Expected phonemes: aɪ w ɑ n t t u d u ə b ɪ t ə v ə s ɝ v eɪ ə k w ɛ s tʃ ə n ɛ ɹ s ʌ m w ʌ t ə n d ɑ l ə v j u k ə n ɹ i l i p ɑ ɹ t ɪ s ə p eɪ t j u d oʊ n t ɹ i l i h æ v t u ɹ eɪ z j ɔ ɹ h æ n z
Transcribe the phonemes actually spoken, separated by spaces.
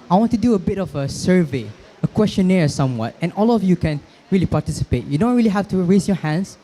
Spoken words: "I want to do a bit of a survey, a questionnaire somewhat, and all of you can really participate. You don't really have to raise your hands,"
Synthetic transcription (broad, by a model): aɪ w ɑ n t t u d u ə b ɪ t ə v ə s ɝ v eɪ ə k w ɛ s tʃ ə n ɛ ɹ s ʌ m w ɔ t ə n ɑ l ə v j u k ə n ɹ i l i p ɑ t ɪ s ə p eɪ t j u d oʊ n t ɹ i l i h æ f t u ɹ eɪ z j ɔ h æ n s